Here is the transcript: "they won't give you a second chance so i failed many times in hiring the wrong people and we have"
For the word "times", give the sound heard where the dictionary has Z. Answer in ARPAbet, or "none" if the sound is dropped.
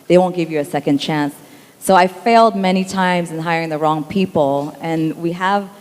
Z